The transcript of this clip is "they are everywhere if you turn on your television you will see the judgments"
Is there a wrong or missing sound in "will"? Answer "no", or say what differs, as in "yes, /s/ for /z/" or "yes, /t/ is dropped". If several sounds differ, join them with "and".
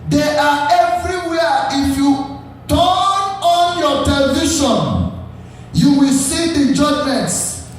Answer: no